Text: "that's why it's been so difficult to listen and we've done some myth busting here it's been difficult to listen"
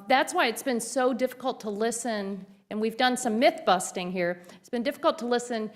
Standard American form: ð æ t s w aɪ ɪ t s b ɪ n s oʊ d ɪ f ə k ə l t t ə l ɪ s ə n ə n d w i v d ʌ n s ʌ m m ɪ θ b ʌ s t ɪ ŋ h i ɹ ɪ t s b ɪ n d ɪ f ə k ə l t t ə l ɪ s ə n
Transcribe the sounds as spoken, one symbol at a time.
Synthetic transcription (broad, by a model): ð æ t s w aɪ ɪ t s b ɪ n s oʊ d ɪ f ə k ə l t t ə l ɪ s ə n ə n w i v d ʌ n s ʌ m m ɪ θ b ʌ s t ɪ ŋ h i ɹ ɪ t s b ɪ n d ɪ f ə k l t t ə l ɪ s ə n